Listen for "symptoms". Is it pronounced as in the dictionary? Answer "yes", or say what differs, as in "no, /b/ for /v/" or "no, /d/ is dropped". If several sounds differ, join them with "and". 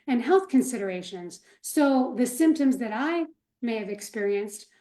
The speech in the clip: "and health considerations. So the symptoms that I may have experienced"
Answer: yes